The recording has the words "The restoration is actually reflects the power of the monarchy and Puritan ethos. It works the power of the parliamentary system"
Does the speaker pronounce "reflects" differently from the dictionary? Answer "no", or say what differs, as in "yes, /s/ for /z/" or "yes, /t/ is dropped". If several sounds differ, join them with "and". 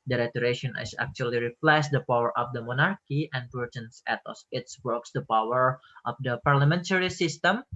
yes, /p/ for /f/ and /k/ is dropped